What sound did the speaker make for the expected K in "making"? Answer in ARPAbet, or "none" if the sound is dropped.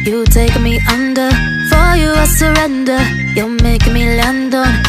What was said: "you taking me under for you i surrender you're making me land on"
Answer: none